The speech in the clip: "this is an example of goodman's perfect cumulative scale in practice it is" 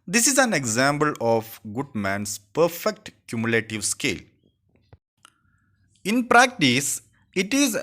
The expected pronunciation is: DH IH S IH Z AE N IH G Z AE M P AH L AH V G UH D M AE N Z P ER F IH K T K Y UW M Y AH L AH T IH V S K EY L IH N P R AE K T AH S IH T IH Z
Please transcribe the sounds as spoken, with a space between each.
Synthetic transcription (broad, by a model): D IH S IH Z AE N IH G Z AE M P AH L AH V G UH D M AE N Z P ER F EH K T K Y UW M Y L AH T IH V S K EY L IH N P R AE K T AH S IH T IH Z